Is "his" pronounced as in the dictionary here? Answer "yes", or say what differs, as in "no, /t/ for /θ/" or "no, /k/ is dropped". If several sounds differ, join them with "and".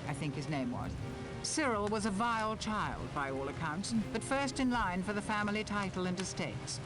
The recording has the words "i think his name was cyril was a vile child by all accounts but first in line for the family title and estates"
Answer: yes